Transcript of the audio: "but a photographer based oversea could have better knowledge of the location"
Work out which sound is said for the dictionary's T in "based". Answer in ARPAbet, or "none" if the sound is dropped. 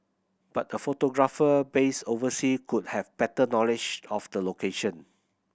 none